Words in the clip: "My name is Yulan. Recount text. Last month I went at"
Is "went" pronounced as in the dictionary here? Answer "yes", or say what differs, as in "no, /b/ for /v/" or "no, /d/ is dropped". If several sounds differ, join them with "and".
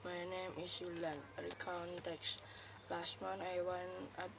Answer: no, /t/ is dropped